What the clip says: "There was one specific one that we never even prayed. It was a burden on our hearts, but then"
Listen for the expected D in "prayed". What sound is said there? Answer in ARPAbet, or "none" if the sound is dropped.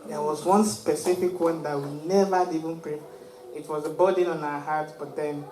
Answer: none